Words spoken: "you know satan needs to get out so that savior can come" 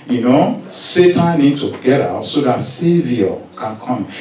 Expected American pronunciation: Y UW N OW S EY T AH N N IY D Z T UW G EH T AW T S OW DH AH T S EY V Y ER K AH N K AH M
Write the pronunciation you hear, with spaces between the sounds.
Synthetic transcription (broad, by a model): Y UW N OW S EY T AH N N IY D T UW G EH T AW T S OW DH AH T S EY V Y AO K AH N K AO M